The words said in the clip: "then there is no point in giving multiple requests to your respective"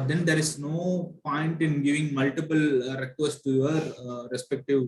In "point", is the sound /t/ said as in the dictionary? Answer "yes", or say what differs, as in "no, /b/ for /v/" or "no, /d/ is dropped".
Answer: yes